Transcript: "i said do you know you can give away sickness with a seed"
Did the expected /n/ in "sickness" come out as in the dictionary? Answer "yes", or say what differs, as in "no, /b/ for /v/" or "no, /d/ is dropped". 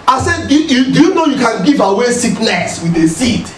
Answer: no, /l/ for /n/